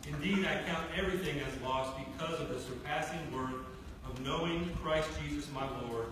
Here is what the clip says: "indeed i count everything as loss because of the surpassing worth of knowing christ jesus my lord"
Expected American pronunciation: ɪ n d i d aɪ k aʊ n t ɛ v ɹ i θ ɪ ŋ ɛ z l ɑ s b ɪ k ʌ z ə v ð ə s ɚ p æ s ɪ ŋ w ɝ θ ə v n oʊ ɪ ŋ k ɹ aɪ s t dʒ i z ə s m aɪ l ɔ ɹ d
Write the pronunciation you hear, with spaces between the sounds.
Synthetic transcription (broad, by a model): ɪ n d i d aɪ k aʊ n t ɛ v ɹ i θ ɪ ŋ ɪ z l ɑ s b ɪ k ʌ z ə v ð ə s ɚ p æ s ɪ ŋ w ɝ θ ə v n oʊ ɪ ŋ k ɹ aɪ s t dʒ i z ə s m aɪ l ɔ ɹ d